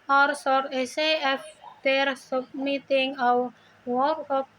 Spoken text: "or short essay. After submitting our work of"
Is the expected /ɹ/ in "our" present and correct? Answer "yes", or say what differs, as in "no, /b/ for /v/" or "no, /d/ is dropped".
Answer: no, /w/ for /ɹ/